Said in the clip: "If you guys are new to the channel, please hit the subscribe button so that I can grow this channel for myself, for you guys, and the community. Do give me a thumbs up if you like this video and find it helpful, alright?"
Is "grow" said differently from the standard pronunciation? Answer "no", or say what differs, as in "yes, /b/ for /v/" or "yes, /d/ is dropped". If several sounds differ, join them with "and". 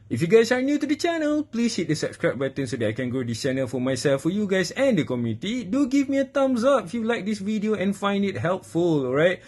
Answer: yes, /ɹ/ is dropped